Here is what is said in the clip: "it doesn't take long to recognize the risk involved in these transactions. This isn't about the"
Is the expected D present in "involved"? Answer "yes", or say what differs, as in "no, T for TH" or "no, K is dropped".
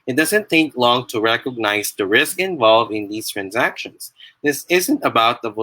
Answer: no, D is dropped